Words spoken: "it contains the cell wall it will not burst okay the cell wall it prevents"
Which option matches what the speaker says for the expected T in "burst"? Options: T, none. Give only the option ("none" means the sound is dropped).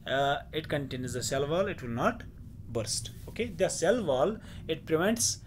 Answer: T